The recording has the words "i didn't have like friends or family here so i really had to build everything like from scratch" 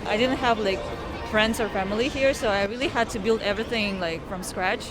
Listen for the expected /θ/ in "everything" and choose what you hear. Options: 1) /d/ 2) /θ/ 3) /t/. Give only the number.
2